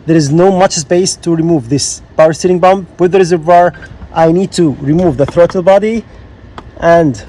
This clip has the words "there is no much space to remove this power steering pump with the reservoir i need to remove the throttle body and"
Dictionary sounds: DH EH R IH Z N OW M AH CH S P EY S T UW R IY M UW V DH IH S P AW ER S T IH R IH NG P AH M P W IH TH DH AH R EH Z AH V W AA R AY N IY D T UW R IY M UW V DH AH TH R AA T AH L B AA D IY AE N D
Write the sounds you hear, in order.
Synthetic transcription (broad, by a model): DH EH R IH Z N OW M AH CH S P EY S T UW R IY M UW V DH IH S B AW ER S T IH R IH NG B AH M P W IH DH AH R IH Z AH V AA R AY N IY D T UW R IY M UW V DH AH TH R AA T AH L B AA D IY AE N D